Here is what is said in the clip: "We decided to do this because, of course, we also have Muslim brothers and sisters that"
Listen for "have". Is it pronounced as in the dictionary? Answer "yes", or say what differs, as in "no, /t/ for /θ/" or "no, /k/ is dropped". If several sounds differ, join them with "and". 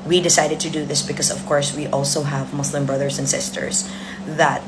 yes